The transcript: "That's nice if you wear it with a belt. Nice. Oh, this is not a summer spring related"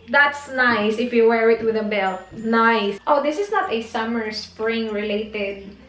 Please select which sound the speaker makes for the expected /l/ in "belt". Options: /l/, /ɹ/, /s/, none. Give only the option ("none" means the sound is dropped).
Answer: /l/